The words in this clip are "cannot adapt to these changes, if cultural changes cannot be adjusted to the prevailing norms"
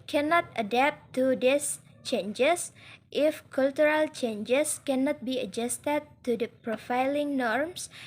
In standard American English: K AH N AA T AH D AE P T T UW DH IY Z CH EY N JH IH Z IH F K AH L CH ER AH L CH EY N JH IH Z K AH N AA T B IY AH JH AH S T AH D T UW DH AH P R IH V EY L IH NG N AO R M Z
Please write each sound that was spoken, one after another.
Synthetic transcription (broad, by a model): K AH N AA T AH D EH P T T UW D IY S CH EY N JH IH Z IH F K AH L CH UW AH L CH EY N JH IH S K AH N AA T B IY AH JH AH S T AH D T UW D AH P R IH F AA L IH NG N AO R M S